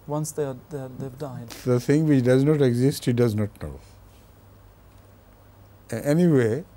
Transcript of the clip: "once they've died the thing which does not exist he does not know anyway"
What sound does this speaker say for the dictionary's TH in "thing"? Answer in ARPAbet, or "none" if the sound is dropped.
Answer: T